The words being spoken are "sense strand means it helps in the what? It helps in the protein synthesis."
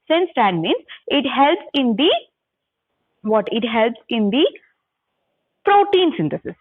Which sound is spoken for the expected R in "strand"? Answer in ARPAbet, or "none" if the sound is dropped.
none